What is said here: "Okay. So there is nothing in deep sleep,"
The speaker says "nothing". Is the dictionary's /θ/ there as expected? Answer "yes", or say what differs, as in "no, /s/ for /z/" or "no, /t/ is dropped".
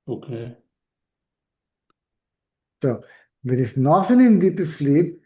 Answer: no, /s/ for /θ/